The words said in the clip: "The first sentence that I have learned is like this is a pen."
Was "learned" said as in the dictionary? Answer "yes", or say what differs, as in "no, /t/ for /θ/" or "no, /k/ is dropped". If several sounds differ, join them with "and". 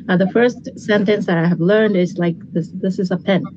yes